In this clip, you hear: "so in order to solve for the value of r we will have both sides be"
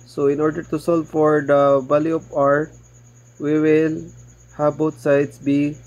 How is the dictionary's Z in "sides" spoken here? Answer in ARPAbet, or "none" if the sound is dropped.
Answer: S